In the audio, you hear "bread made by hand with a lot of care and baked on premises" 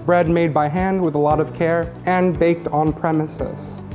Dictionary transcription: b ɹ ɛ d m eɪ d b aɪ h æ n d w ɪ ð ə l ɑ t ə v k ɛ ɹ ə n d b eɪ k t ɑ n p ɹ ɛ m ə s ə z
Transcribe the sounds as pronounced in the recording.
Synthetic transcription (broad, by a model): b ɹ ɛ d m eɪ d b aɪ h æ n d w ɪ ð ə l ɑ t ə v k ɛ ɹ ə n b eɪ k t n p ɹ ɛ m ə s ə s